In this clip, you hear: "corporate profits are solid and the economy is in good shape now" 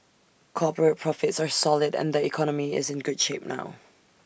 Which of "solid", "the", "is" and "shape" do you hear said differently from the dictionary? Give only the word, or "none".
none